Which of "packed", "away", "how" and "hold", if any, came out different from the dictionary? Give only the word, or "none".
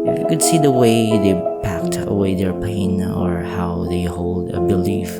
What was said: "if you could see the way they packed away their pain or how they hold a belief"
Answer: none